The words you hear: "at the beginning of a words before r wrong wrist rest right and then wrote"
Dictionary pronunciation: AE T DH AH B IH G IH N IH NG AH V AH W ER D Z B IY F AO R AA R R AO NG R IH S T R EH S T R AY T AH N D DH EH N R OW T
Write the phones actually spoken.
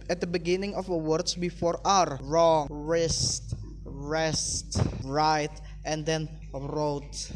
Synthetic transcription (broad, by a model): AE T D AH B IH G IH N IH NG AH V AH W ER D S B IY F AO R AA R R AO NG R IH S T R EH S T R AY T AH N D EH N R OW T